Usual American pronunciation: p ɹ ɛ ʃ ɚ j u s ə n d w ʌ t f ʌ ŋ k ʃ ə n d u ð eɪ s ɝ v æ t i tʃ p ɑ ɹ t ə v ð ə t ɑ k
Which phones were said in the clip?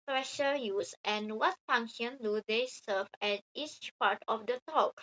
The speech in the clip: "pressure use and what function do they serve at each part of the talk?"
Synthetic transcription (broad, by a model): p ɹ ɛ ʃ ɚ j u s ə n w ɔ t f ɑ ŋ k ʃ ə n d u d eɪ s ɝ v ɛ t i tʃ p ɑ ɹ t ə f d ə t ɑ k